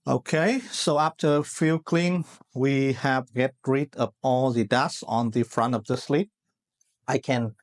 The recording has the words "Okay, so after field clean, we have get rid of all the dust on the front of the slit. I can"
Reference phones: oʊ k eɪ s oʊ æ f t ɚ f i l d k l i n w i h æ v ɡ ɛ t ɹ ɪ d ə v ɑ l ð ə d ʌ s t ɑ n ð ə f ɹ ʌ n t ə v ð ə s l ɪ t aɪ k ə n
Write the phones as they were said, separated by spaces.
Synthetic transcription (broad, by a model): oʊ k eɪ s oʊ æ f t ɚ f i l k l i n w i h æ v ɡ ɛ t ɹ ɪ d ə p ɑ l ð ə d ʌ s ɑ n ð ə f ɹ ʌ n t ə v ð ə s l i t aɪ k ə n